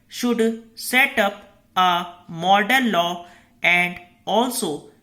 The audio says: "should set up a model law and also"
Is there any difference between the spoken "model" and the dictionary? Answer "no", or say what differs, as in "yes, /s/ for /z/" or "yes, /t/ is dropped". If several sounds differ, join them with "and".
yes, /n/ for /l/